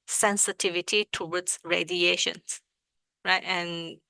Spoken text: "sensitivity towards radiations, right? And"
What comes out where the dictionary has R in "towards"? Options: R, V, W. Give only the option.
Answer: W